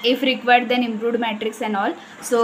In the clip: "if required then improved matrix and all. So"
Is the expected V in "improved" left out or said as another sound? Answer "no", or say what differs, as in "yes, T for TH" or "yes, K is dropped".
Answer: yes, V is dropped